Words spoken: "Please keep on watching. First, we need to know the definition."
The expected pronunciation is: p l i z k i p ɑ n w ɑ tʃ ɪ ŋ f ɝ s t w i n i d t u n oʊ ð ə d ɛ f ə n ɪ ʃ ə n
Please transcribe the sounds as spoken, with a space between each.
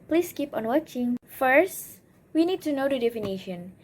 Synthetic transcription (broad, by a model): p l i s k i p ɑ n w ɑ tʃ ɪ ŋ f ɝ s t w i n i d t u n oʊ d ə d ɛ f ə n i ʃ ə n